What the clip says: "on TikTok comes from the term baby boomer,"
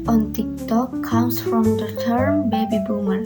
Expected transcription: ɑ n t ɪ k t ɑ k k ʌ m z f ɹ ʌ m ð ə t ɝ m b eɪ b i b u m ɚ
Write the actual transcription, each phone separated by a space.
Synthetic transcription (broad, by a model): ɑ n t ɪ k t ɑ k k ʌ m s f ɹ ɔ m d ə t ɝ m b eɪ b i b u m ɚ